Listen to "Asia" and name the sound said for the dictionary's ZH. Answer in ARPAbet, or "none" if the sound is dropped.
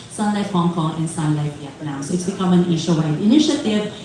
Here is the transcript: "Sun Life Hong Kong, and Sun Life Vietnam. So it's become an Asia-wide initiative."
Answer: SH